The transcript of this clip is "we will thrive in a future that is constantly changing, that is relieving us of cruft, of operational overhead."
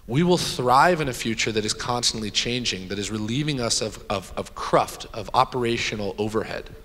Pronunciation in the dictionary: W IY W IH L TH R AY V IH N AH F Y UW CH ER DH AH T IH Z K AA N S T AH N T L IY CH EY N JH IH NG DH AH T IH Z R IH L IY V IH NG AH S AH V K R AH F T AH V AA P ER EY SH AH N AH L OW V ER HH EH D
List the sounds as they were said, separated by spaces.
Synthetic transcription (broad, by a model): W IY W IH L TH R AY V IH N AH F Y UW CH ER DH AH T IH Z K AA N S T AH N T L IY CH EY N JH IH NG DH AH T IH Z R IH L IY V IH NG AH S AH V K R AH F T AH V AA P ER EY SH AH N L OW V ER HH EH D